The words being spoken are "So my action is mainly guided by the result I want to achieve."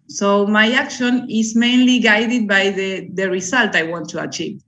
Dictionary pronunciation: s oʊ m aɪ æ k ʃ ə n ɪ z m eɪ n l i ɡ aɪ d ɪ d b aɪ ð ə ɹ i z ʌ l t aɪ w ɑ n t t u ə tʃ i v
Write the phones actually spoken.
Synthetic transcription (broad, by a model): s oʊ m aɪ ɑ k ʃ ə n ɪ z m eɪ n l i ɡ aɪ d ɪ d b aɪ ð ə ɹ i s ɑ l t aɪ w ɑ n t t u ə tʃ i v